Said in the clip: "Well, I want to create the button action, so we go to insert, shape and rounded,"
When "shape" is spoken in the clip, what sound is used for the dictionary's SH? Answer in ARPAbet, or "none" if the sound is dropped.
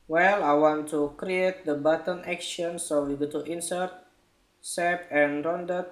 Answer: S